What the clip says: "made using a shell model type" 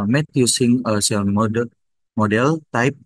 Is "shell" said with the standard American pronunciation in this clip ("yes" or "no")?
no